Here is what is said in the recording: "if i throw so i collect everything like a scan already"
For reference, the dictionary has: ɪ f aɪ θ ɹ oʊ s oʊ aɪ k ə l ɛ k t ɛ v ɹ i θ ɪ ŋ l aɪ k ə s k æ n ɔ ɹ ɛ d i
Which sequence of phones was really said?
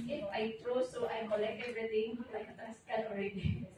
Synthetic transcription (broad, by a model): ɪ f aɪ t ɹ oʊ s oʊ aɪ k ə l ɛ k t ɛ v ɹ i t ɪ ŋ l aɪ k ə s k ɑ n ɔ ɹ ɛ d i